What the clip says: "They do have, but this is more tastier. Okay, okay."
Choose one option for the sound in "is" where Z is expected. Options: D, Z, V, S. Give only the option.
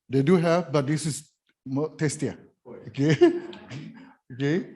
S